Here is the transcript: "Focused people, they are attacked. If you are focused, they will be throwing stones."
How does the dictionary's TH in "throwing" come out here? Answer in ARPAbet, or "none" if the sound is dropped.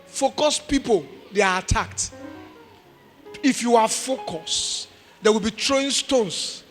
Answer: T